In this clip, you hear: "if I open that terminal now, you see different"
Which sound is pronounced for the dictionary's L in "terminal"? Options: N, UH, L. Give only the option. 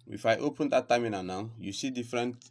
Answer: N